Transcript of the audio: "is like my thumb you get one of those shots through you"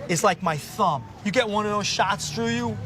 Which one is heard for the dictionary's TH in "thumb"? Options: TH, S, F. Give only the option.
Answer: TH